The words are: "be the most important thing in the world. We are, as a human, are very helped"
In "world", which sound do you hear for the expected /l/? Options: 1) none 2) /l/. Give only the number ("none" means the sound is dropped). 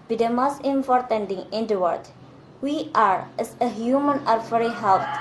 1